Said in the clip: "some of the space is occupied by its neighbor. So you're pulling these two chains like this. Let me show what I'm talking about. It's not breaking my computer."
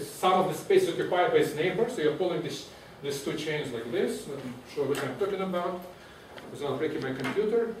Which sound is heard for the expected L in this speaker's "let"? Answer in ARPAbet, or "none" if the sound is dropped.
N